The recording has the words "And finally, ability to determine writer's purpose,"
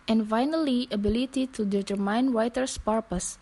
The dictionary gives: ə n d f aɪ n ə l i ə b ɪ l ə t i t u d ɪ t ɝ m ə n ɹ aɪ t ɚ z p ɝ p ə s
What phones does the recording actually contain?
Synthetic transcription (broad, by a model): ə n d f aɪ n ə l i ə b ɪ l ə t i t u d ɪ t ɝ m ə n w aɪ t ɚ s p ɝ p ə s